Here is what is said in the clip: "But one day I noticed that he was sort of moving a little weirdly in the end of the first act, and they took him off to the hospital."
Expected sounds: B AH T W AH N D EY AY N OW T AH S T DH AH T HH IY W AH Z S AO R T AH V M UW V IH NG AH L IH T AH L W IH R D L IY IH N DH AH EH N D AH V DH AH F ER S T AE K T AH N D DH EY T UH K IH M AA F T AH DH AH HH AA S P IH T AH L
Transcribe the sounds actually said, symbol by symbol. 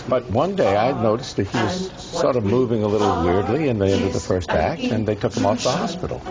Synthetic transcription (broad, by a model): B AH T W AH N D EY AY N OW T AH S T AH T HH IY W AH Z S AO R T AH V M UW V IH NG AH L IH T L W IH R D L IY IH N DH AH EH N D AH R DH AH F ER S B AE K AH N DH EY T UH K IH M AA F DH AH HH AA S P IH T L